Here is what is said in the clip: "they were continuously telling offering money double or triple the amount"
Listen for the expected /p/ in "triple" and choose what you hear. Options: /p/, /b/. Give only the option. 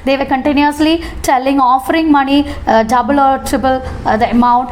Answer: /b/